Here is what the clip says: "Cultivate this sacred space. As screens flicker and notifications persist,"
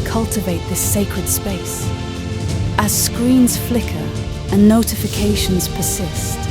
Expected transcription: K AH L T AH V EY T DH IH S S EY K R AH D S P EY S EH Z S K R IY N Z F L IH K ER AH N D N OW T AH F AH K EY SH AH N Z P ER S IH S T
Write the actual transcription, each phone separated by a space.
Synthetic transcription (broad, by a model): K AH L T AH V EY T DH IH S S EY K R AH D S P EY S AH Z S K R IY N Z F L IH K ER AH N N OW T AH F AH K EY SH AH N Z P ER S IH S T